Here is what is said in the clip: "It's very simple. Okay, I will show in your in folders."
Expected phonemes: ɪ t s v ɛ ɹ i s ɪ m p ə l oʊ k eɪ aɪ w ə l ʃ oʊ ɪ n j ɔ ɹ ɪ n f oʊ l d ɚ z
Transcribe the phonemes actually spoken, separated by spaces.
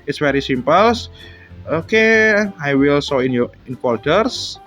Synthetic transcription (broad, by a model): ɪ t s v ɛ ɹ i s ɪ m p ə l oʊ k eɪ aɪ w ə l s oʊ ɪ n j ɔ ɪ n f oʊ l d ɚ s